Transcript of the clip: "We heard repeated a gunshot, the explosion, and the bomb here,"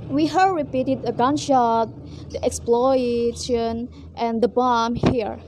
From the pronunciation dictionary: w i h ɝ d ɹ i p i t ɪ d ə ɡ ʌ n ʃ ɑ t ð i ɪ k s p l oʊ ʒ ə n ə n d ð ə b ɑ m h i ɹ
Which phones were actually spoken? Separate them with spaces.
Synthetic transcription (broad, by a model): w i h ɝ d ɹ i p i t ɪ d ə ɡ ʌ n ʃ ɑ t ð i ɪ k s p l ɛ ʃ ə n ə n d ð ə b ɑ m h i ɹ